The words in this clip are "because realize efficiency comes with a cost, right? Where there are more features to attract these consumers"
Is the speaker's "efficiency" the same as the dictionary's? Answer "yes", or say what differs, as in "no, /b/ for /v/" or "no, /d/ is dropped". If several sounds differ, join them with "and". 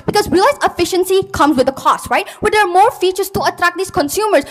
yes